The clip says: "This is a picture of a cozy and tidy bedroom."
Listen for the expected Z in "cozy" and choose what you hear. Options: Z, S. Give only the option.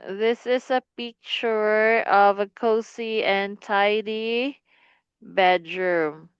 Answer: S